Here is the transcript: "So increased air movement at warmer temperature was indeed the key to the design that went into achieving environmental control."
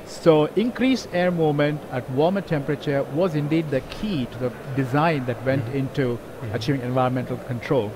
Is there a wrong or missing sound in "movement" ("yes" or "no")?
yes